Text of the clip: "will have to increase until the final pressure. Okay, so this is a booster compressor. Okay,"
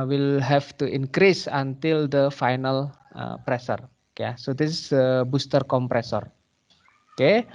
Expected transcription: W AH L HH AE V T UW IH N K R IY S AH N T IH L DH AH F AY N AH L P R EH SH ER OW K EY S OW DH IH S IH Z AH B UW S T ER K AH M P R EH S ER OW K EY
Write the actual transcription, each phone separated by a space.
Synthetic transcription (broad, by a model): W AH L HH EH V T UW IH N K R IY S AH N T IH L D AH F AY N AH L P R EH S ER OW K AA S OW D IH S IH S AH B UW S T ER K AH M P R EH S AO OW K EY